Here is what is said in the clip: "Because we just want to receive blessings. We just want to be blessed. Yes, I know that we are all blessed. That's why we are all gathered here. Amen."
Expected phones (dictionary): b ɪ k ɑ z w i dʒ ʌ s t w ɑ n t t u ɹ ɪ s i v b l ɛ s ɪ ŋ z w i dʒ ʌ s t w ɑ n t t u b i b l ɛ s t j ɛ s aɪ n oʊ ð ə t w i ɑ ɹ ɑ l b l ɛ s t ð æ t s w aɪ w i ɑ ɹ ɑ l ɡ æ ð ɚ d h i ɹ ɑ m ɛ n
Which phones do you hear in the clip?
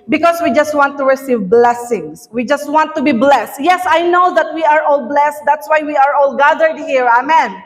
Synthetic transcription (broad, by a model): b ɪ k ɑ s w i dʒ ʌ s t w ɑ n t t u ɹ ɪ s i v b l ɛ s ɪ ŋ s w i dʒ ʌ s t w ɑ n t t u b i b l ɛ s t j ɛ s aɪ n oʊ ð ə t w i ɑ ɹ ɑ l b l ɛ s t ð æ t s w aɪ w i ɑ ɹ ɑ l ɡ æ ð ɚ d h i ɹ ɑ m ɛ n